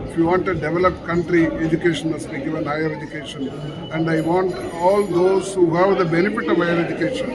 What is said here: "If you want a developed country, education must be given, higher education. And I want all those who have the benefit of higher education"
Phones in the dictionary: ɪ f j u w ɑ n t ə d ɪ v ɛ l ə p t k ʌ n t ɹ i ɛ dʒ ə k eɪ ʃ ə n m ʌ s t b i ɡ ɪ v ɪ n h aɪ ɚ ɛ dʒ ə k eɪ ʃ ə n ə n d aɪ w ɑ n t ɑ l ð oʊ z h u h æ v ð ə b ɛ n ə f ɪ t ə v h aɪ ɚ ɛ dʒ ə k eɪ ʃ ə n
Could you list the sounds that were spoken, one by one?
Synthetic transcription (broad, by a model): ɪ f j u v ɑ n t ə d ɪ v ɛ l ə p t k ʌ n t ɹ i ɛ dʒ ə k eɪ ʃ ə n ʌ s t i ɡ ɪ v ɪ n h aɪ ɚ ɛ dʒ ə k eɪ ʃ ə n ə n d aɪ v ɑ n t ɑ l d oʊ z h u h æ v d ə b ɛ n ə f ɪ t ə v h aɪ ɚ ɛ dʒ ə k eɪ ʃ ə n